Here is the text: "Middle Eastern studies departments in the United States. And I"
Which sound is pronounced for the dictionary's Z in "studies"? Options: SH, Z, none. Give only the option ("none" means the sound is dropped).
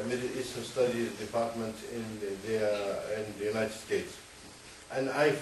none